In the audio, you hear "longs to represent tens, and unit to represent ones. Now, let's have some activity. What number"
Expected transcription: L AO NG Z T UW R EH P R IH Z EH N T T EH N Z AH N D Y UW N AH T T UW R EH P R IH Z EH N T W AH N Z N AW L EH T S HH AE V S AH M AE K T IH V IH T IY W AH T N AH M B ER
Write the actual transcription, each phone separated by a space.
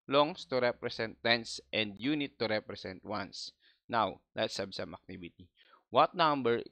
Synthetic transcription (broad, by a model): L AO NG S T UW R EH P R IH S EH N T T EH N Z AH N D Y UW N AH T T UW R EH P R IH S EH N T W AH N S N AW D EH T S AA B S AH M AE K T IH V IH T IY W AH T N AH M B ER